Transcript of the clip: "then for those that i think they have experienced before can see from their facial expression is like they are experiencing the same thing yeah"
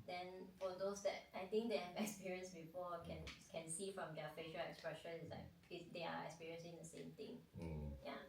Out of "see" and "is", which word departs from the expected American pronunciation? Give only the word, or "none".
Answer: is